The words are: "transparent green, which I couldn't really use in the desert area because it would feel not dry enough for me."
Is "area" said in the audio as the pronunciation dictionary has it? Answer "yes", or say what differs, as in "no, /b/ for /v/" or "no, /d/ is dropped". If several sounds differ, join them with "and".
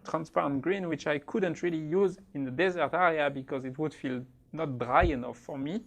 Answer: yes